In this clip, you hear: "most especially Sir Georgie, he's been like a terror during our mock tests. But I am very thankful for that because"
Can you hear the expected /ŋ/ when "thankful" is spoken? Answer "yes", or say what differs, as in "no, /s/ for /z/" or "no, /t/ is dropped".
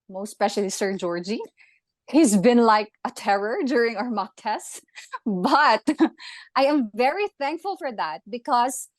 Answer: yes